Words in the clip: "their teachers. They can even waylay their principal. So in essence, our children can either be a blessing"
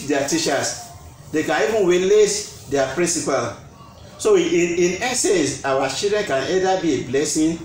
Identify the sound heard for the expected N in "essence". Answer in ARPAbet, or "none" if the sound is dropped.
none